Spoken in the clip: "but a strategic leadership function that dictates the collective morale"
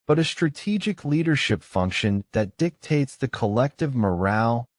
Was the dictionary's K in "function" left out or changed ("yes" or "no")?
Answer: no